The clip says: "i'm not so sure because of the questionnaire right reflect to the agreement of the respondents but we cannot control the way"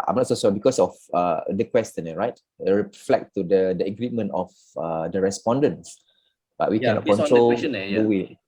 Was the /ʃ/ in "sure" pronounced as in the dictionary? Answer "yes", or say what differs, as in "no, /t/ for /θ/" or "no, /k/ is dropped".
no, /s/ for /ʃ/